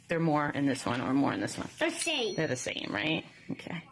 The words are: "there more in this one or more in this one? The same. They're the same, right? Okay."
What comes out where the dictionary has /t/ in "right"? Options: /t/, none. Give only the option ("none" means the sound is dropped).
/t/